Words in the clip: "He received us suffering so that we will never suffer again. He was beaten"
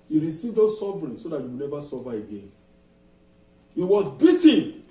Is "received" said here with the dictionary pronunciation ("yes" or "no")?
yes